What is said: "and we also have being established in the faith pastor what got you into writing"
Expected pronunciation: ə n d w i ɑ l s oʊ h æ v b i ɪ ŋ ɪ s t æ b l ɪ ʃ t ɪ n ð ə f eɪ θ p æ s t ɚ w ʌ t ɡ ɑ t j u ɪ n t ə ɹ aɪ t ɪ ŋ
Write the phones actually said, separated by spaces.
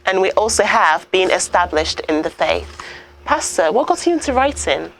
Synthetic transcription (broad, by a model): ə n w i ɑ l s oʊ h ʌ v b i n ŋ ɪ s t æ b l ɪ ʃ t ɪ n ð ə f eɪ θ p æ s t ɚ w ʌ t ɡ ɑ t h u ɪ n t ə ɹ aɪ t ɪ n